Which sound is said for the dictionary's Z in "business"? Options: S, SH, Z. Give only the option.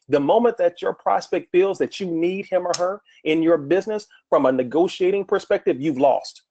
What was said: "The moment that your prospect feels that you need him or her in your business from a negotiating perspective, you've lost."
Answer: Z